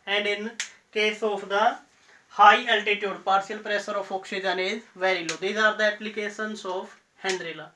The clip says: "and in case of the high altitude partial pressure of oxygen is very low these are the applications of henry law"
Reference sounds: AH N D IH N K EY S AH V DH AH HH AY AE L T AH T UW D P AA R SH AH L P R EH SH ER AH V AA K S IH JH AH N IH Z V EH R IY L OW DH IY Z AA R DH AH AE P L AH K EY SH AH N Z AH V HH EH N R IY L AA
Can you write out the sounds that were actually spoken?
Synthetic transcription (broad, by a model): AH N D IH N K EY S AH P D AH HH AY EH L T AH T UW D P AA R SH AH L P R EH S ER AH F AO K SH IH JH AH N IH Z V EH R IY L OW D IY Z AA R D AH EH P L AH K EY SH AH N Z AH P HH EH N R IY L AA